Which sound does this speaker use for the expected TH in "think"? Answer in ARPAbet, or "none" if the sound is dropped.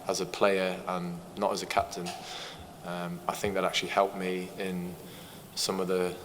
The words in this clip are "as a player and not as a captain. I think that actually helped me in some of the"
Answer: TH